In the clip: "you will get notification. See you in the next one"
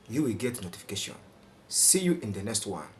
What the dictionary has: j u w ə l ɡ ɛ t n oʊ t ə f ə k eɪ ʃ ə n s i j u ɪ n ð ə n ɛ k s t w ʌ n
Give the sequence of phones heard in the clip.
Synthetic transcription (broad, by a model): j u w ə l ɡ ɛ t n oʊ t ə f ə k eɪ ʃ ə n s i j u ɪ n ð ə n ɛ k s t w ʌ n